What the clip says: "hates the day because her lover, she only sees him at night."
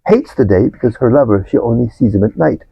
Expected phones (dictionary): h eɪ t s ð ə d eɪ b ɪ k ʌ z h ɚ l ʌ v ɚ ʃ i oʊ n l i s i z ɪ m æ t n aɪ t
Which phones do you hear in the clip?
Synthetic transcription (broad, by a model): h eɪ t s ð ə d eɪ b ɪ k ʌ z h ɚ l ʌ v ɚ ʃ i oʊ n l i s i z ɪ m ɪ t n aɪ t